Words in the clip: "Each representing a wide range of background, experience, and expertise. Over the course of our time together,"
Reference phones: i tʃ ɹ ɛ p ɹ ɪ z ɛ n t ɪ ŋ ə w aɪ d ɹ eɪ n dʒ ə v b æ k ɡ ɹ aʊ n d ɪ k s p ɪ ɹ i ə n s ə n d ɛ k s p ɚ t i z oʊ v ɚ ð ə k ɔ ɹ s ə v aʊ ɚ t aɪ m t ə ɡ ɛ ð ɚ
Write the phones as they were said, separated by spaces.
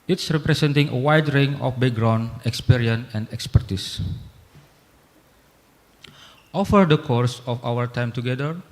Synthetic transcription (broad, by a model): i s ɹ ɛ p ɹ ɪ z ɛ n t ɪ ŋ ə w aɪ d ɹ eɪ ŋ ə f b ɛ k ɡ ɹ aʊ n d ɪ k s p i ɹ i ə n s ə n d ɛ k s p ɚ t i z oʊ f ɚ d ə k ɔ ɹ s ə f aʊ ɚ t aɪ m t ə ɡ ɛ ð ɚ